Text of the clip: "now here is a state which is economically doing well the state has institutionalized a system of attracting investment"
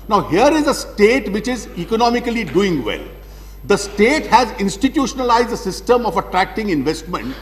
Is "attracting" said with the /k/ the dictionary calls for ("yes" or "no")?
yes